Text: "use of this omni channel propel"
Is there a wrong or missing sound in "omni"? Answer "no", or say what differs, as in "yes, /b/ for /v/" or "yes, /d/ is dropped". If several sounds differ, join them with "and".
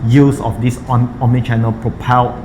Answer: yes, /n/ is dropped